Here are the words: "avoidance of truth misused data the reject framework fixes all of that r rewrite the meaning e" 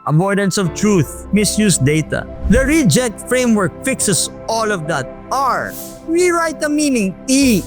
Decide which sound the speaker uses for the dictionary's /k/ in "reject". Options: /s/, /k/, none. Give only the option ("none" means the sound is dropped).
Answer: none